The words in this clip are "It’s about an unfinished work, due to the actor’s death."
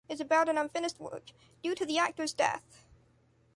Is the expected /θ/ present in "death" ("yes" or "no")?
yes